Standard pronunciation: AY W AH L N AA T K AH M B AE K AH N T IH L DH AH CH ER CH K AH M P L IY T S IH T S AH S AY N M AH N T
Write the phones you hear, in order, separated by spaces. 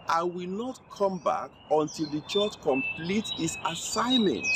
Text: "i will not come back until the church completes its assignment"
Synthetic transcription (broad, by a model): AY W AH L N AA T K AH M B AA K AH N T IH L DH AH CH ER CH K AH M P L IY T IH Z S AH S AY N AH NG